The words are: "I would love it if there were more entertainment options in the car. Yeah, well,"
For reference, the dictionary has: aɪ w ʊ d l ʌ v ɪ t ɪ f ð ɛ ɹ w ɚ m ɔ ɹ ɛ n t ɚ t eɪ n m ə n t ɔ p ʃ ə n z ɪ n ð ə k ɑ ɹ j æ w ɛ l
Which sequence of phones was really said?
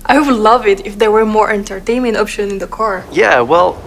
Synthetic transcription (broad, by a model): aɪ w l ʌ v ɪ t ɪ f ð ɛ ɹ w ɚ m ɔ ɹ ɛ n t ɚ t eɪ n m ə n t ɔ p ʃ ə n ɪ n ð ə k ɑ ɹ j æ w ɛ l